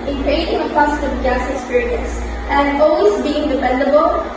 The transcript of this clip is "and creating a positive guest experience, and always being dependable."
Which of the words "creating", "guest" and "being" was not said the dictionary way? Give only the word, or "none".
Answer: guest